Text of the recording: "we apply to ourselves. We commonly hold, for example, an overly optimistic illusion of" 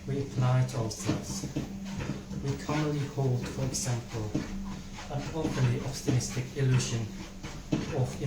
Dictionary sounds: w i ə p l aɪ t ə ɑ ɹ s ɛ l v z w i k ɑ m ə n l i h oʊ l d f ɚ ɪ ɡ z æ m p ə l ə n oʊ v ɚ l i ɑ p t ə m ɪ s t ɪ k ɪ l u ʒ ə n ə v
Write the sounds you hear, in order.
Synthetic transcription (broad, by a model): w i ə p l aɪ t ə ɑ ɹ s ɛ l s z w i k ɑ m ə n l i h oʊ l d f ɚ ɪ ɡ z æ m p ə l ə n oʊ p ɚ l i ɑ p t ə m ɪ s t ɪ k ɪ l u ʒ ə n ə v